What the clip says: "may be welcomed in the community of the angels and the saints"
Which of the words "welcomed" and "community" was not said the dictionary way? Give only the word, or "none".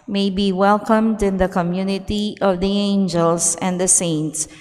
none